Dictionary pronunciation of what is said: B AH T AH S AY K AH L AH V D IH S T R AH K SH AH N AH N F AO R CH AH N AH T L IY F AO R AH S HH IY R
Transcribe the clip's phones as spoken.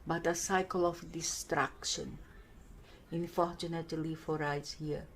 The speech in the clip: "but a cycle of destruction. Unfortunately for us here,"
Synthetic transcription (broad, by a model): B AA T AH S AY K AH L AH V D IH S T R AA K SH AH N AH N F AO R CH AH N AH T L IY F AO R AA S HH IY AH